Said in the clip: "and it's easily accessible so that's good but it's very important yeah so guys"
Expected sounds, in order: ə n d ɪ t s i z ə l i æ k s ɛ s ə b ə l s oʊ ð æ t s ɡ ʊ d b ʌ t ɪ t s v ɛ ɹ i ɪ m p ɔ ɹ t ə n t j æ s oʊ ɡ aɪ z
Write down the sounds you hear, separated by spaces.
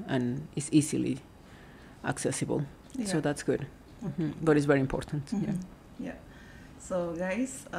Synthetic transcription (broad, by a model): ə n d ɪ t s i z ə l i æ k s ɛ s ə b ə l s oʊ ð æ t s ɡ ʊ d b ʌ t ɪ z v ɛ ɹ i ɪ m p ɔ ɹ t ə n t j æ s oʊ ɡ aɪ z